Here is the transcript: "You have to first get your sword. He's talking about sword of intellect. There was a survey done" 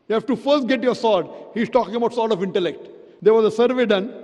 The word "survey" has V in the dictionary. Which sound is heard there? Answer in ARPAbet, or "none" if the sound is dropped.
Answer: V